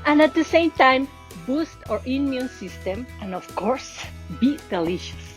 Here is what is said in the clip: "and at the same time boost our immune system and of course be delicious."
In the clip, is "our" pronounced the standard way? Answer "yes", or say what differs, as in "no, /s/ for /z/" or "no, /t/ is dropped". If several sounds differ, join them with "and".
yes